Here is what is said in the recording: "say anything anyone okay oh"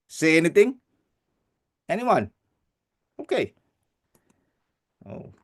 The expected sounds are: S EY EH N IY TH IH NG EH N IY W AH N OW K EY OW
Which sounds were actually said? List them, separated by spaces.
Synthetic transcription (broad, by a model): S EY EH N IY T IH NG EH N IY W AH N OW K EY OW